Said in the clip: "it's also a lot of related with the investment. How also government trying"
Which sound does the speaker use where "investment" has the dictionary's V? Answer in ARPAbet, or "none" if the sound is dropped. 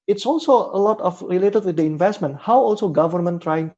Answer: V